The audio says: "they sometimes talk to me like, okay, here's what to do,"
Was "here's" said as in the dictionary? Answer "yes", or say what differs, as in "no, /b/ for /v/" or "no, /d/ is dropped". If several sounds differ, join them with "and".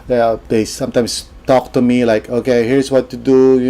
no, /s/ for /z/